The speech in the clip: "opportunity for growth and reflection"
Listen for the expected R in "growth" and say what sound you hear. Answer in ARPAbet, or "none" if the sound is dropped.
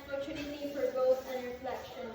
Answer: none